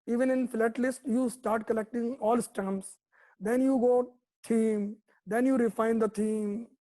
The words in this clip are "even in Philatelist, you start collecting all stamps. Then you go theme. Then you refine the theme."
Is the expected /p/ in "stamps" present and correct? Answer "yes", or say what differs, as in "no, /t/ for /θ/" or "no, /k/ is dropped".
no, /p/ is dropped